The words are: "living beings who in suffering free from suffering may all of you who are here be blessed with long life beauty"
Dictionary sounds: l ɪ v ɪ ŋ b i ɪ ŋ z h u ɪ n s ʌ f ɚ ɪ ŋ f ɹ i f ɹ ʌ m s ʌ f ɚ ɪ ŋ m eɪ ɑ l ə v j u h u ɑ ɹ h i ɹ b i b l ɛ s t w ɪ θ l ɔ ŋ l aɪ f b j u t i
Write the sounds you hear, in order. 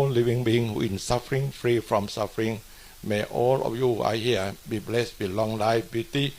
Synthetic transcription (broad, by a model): l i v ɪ ŋ b i ŋ h u ɪ n s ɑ f ɚ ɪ ŋ f ɹ i f ɹ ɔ m s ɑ f ɚ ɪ ŋ m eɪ ɑ l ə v j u u ɑ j h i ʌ b i b l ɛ s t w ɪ l ɔ ŋ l aɪ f b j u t i